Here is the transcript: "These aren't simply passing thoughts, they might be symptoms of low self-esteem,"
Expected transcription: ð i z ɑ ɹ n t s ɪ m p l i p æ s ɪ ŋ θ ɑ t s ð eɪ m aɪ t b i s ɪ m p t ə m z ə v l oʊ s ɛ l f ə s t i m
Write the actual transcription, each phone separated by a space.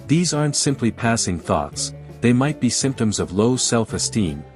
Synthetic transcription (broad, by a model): ð i z ɑ ɹ n t s ɪ m p l i p æ s ɪ ŋ θ ɑ t s ð eɪ m aɪ t b i s ɪ m p t ə m z ə v l oʊ s ɛ l f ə s t i m